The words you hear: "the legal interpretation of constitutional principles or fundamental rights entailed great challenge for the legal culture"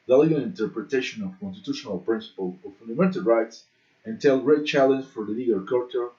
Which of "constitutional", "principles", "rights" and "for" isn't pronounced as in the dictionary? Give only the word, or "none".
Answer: principles